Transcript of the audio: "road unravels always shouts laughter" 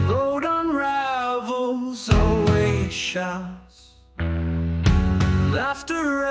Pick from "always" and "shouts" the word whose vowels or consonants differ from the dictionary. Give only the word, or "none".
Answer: always